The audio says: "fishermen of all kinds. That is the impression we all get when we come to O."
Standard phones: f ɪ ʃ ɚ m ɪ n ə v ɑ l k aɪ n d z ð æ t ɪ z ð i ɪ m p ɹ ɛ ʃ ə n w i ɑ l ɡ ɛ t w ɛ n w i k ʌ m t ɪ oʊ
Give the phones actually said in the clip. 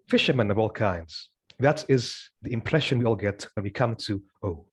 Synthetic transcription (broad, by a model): f ɪ ʃ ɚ m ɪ n ə v ɑ l k aɪ n d z ð æ t ɪ z ð i ɪ m p ɹ ɛ ʃ ə n w i ɑ l ɡ ɛ t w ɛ n w i k ʌ m t ɪ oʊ